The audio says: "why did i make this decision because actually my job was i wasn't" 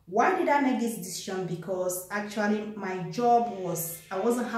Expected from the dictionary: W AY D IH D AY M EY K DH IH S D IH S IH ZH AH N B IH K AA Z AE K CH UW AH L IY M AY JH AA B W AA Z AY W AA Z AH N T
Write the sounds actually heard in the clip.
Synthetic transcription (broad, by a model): W AY D IH D AY M EY K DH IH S D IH S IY SH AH N B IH K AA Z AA K CH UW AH L IY M AY JH AA B W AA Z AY W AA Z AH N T